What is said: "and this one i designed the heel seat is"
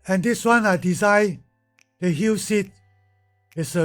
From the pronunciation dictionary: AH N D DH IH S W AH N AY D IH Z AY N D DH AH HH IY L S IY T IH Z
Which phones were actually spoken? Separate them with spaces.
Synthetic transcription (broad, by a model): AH N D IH S W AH N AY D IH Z AY D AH HH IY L S IY T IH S